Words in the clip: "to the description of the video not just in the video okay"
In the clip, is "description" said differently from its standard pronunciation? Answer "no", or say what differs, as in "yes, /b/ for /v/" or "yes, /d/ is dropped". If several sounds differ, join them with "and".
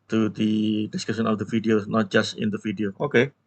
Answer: yes, /ɹ/ is dropped